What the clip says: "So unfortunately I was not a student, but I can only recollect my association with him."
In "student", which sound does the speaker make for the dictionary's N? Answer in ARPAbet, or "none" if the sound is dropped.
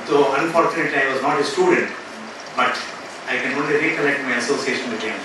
N